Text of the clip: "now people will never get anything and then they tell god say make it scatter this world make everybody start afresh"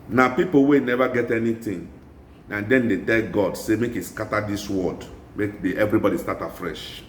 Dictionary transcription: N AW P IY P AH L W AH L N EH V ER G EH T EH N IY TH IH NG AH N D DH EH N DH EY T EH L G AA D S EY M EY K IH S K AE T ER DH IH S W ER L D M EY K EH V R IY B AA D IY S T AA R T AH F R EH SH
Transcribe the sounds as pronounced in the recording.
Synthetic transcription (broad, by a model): N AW P IY P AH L W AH N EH V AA G EH T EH N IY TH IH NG AH N D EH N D EY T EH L G AA D S EY M EY K IH S K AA T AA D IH S W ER D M EY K EH V R IY B AA D IY S T AA T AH F R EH SH